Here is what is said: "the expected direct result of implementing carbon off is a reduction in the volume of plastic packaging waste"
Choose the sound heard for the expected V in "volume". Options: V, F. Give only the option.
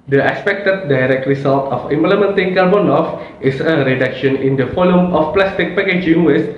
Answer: F